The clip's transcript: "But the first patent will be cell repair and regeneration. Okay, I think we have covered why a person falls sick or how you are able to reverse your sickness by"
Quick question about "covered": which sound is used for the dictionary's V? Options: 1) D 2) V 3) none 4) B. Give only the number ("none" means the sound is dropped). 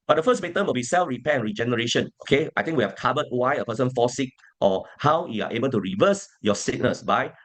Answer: 4